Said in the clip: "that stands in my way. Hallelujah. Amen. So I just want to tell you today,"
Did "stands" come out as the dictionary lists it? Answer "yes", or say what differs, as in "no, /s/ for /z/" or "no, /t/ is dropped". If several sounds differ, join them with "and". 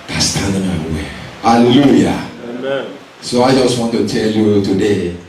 no, /z/ is dropped